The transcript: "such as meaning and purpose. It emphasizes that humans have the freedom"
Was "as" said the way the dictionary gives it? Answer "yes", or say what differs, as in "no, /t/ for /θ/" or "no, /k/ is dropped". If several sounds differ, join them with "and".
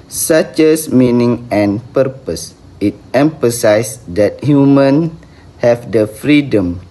no, /s/ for /z/